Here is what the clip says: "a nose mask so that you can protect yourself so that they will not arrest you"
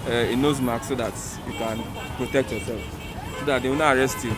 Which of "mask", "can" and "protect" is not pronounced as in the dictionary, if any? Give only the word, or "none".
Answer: mask